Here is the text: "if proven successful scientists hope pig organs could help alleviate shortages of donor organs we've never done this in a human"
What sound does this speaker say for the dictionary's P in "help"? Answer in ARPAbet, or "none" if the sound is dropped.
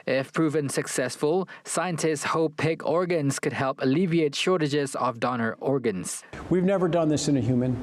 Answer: P